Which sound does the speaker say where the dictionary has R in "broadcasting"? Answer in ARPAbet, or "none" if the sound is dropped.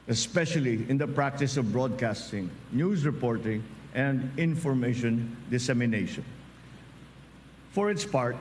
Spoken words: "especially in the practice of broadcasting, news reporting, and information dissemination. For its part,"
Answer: R